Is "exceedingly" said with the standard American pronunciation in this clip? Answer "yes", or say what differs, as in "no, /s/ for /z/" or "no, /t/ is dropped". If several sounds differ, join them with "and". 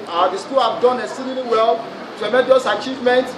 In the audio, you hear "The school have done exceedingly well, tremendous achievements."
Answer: no, /k/ is dropped